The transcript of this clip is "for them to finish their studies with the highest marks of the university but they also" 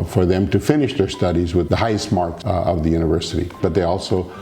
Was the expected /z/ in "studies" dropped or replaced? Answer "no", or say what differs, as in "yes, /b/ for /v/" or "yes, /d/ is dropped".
no